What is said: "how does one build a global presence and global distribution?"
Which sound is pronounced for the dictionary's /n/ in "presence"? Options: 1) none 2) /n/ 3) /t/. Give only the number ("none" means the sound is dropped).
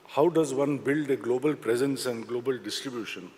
2